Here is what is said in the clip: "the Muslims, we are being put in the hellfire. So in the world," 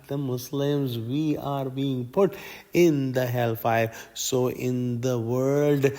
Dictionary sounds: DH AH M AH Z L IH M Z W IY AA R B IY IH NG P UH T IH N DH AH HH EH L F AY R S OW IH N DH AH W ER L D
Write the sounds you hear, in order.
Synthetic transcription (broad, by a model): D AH M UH S L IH M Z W IY AA R B IY IH NG P UH T IH N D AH HH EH L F AY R S OW IH N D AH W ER L D